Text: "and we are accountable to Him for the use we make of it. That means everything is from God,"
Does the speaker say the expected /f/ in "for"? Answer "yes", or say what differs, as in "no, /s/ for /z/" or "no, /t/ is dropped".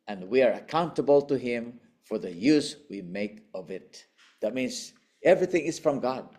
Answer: yes